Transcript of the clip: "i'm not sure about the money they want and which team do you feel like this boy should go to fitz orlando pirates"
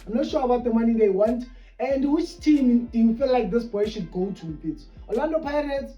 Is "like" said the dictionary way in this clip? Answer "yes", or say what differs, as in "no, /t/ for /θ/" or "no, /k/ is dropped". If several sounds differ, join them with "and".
yes